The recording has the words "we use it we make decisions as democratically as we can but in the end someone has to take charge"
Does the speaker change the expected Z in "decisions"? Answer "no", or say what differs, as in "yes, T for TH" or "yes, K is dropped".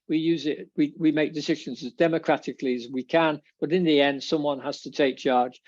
no